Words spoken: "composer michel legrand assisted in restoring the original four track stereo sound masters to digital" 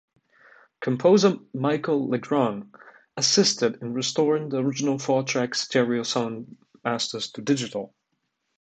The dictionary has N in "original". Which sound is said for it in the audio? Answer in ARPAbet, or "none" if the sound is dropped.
N